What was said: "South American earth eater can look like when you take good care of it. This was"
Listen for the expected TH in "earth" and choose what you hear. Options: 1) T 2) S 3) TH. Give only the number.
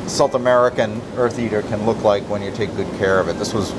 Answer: 3